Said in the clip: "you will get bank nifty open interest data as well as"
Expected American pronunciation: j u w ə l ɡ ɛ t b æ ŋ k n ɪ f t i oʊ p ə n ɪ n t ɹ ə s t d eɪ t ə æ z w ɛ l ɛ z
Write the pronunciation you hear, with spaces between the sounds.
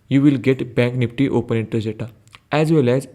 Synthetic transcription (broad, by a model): j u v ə l ɡ ɛ t b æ ŋ k n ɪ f t i oʊ p ə n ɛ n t ə t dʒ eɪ t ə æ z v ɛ l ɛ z